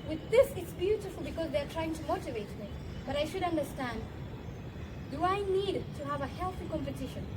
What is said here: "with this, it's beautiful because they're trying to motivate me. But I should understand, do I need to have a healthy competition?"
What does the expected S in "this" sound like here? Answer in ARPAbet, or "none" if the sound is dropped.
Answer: S